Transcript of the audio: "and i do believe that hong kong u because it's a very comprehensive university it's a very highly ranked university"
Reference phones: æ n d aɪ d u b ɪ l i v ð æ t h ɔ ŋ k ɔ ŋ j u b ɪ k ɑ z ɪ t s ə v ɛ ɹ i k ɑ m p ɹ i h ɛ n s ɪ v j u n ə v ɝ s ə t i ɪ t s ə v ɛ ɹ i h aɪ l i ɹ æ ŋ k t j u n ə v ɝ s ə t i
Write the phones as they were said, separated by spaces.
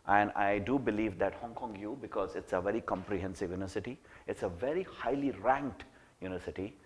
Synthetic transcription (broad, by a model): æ n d aɪ d u b ɪ l i v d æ t h ɔ ŋ k ɔ ŋ j u b ɪ k ɑ z ɪ t s ə v ɛ ɹ i k ɑ m p ɹ i h ɛ n s ɪ v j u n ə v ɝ s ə t i ɪ t s ə v ɛ ɹ i h aɪ l i ɹ æ ŋ k t j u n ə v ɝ s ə t i